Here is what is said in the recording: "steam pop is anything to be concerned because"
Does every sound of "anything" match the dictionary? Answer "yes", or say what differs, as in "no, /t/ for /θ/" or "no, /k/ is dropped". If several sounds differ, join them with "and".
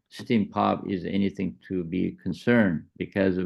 yes